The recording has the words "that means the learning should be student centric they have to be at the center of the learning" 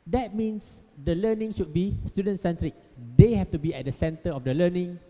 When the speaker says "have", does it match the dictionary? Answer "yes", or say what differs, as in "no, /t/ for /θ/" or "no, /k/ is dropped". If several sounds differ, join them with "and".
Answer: no, /f/ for /v/